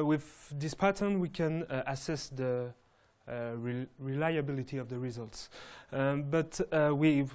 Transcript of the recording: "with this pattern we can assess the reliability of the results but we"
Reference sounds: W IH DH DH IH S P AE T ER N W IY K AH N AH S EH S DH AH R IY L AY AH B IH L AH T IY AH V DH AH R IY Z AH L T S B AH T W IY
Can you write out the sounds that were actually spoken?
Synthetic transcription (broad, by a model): W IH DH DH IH S P AE T ER N W IY K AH N AH S EH S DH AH R IY L AY AH B IH L AH T IY AH V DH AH R IY Z AH L T S B AH T W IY